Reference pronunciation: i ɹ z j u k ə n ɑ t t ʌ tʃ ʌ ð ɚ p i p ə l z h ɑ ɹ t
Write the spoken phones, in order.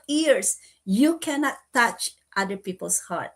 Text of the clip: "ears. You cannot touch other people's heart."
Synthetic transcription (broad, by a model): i ɹ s j u k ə n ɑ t t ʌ tʃ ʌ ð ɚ p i p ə l s h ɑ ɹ t